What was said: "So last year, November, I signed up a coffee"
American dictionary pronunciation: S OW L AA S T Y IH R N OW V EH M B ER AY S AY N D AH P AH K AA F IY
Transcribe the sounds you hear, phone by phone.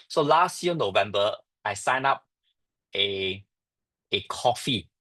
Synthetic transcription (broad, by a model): S OW L AA S T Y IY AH N OW V EH M B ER AY S AY N AA P AH K AA F IY